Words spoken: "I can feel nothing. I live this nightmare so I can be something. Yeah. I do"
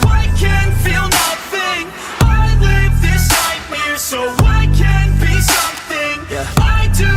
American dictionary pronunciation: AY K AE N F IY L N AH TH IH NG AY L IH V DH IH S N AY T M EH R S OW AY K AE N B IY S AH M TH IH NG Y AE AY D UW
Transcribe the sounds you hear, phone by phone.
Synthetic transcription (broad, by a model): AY K AE N F IY L N AH TH IH NG AY L IH V DH IH S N AY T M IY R S OW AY K AE N B IY S AH M TH IH NG AY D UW